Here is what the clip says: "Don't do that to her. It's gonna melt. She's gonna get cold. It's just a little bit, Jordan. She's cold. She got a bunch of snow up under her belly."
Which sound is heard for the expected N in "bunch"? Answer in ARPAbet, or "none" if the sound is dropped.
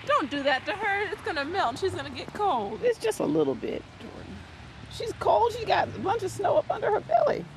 N